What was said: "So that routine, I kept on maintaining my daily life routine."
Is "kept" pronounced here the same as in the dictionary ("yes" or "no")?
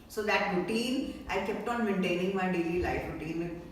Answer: yes